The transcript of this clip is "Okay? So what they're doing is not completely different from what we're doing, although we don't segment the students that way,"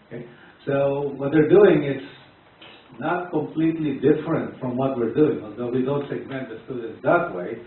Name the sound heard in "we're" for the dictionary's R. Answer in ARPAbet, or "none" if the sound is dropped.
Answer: R